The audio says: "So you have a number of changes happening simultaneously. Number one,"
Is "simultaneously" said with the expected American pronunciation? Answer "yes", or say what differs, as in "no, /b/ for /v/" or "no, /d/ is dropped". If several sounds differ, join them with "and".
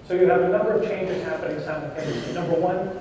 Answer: no, /m/ is dropped